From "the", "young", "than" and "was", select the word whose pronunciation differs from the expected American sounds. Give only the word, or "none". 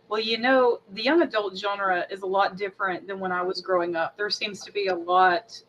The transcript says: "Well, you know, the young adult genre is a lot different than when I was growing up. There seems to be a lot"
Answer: none